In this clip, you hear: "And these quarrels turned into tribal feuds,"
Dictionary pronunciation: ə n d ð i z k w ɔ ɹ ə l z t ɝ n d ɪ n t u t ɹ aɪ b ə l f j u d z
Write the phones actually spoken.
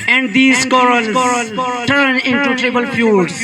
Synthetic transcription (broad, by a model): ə n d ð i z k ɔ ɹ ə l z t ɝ n ɪ n t u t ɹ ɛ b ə l f j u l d